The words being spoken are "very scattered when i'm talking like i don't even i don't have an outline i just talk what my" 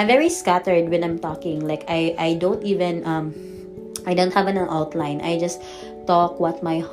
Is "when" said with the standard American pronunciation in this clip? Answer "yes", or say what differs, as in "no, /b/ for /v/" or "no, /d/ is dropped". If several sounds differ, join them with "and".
yes